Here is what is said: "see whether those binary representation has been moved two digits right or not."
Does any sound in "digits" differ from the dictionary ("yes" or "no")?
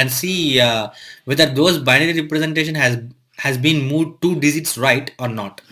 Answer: yes